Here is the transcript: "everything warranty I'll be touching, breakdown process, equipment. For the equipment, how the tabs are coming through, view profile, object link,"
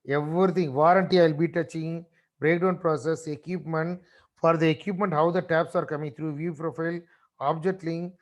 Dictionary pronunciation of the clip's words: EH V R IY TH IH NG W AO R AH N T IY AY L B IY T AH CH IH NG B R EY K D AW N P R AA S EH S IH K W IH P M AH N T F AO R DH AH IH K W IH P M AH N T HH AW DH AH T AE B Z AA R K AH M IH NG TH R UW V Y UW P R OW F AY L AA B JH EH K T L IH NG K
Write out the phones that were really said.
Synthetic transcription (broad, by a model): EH V R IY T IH NG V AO R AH N T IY AY L B IY T AH CH IH NG B R EY K D AW N P R AA S EH S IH K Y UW P M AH N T F AO R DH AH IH K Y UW P M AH N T HH AW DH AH T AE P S AA R K AH M IH NG T R UW V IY P R OW F AY L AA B JH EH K T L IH NG